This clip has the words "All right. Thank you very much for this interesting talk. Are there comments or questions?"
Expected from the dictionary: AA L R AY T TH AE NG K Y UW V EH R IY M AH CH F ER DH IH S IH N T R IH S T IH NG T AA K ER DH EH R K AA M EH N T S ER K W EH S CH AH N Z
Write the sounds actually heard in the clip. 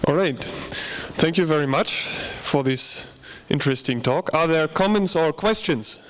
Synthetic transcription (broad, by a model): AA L R AY T TH AE NG K Y UW V EH R IY M AH CH F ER DH IH S IH N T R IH S T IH NG T AA K ER DH EH R K AA M EH N T S ER K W EH S CH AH N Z